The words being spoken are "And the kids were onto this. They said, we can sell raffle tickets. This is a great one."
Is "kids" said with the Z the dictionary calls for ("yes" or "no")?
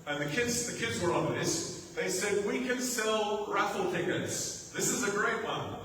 yes